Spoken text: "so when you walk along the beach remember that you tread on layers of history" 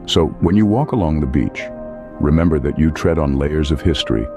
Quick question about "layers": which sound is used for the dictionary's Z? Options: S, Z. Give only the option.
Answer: Z